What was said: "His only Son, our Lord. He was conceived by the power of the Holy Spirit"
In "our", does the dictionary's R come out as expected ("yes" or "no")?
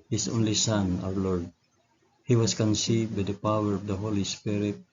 no